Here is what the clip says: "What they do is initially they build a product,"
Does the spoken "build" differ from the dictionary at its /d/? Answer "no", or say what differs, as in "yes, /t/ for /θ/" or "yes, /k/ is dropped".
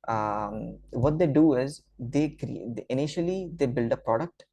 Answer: no